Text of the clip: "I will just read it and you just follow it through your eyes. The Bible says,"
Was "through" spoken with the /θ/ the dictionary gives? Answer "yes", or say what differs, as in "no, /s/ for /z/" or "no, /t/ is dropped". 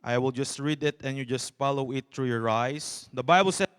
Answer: no, /t/ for /θ/